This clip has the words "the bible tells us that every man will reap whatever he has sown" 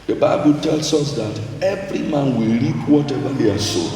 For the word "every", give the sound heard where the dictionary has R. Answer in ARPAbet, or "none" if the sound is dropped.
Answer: R